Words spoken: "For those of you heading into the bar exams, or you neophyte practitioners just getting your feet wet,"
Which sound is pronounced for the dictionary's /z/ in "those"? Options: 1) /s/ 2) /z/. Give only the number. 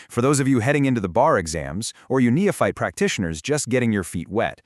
2